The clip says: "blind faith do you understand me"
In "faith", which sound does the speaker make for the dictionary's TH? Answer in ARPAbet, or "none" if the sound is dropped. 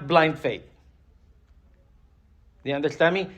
T